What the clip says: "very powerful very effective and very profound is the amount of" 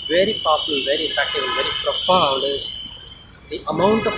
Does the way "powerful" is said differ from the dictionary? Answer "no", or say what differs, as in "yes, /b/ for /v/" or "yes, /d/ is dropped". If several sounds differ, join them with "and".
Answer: yes, /p/ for /f/